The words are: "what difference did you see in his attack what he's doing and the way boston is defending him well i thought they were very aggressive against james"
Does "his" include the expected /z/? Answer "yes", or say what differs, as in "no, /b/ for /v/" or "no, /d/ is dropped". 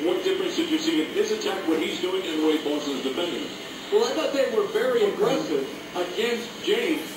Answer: no, /s/ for /z/